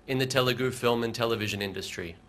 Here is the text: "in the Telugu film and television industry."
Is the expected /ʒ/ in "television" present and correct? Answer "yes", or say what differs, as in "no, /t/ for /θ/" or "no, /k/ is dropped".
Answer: yes